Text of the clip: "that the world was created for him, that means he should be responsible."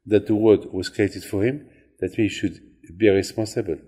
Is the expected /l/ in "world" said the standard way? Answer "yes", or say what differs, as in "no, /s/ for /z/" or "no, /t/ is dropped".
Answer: no, /l/ is dropped